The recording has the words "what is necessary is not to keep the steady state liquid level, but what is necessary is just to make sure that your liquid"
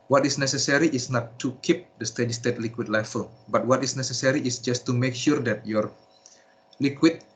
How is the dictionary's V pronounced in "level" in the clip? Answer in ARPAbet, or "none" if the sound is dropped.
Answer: F